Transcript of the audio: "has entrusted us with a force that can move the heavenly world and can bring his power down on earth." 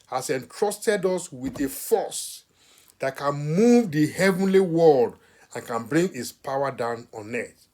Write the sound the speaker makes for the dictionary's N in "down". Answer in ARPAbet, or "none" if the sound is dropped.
N